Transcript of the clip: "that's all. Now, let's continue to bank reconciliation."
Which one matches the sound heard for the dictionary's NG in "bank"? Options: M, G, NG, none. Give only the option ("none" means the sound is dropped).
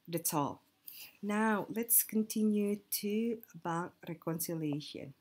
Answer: none